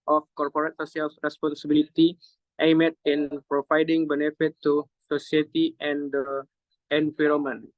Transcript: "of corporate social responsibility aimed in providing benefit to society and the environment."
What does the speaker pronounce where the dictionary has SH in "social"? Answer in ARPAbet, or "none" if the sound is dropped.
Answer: S